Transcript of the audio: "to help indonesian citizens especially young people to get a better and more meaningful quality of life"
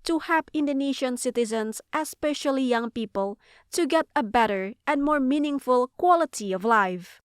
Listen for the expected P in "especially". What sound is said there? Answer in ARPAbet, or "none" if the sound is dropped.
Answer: P